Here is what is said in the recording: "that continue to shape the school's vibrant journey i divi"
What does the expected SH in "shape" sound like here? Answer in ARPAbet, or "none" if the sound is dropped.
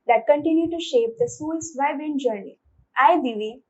SH